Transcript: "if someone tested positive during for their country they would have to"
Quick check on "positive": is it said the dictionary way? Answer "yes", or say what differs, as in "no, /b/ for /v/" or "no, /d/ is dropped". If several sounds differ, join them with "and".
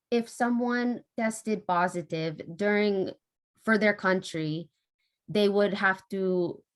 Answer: yes